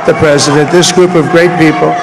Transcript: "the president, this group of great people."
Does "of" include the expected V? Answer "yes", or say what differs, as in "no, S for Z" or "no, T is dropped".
yes